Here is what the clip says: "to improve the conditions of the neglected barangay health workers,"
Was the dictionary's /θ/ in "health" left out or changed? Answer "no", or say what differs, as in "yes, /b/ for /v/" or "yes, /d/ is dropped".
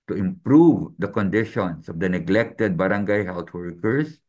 yes, /t/ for /θ/